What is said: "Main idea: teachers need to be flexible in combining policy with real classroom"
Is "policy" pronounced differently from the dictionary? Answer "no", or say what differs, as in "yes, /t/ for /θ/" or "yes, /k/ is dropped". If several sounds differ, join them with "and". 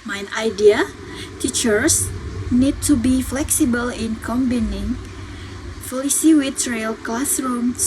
yes, /f/ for /p/